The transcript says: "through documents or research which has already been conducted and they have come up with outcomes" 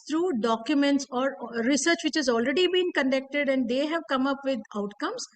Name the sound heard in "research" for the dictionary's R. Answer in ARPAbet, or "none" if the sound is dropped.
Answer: R